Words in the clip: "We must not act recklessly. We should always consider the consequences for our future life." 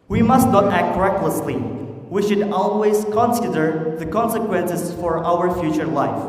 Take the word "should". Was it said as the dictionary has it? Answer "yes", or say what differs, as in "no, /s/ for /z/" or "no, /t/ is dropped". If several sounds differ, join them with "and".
yes